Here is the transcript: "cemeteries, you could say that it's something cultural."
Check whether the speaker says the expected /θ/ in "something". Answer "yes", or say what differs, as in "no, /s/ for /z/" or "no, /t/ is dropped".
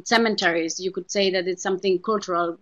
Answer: yes